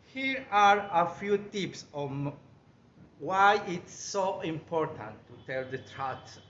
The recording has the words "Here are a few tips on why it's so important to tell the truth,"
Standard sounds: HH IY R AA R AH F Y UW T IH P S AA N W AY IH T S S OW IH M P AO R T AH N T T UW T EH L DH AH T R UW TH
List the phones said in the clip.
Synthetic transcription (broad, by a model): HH IY R AA R AH F Y UW T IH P S AA N W AY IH T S S OW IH M P AO R T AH N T T UW T EH L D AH T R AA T